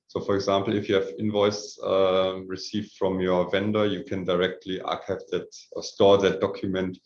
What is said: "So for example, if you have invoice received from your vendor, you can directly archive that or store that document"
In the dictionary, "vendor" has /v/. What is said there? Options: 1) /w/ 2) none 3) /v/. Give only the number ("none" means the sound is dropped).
3